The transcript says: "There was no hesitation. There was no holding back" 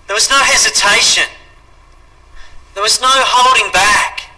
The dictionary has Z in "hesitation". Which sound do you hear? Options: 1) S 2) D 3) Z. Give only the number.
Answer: 3